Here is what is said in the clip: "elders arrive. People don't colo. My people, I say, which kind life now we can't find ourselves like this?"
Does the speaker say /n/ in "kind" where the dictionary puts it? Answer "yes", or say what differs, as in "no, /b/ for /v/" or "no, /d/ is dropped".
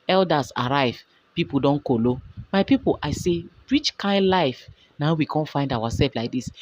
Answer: yes